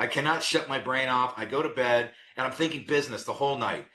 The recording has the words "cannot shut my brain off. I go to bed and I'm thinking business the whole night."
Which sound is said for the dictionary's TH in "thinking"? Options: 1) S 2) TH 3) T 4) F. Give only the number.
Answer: 2